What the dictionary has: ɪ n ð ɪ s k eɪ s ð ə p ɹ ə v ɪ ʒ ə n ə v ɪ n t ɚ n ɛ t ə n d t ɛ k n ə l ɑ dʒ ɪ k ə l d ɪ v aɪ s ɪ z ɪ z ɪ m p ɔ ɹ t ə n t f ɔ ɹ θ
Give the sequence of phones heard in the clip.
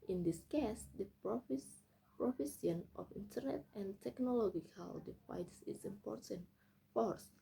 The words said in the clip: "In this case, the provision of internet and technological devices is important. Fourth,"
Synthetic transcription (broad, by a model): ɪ n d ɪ s k eɪ s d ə p ɹ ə f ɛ s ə n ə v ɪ n t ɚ n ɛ t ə n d t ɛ k n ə l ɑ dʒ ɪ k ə l d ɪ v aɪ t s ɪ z ɪ m p ɔ ɹ t ə n t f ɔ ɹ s